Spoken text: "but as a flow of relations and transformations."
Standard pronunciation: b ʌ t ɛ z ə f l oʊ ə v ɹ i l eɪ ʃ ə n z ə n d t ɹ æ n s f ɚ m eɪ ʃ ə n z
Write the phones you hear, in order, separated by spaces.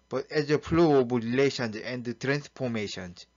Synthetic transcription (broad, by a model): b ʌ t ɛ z ə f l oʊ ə b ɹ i l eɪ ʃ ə n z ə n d t ɹ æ n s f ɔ m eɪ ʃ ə n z